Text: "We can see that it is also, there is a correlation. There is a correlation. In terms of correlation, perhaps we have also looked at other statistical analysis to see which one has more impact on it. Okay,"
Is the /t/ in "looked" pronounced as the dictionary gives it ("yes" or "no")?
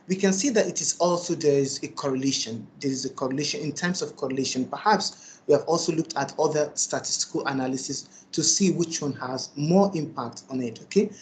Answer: yes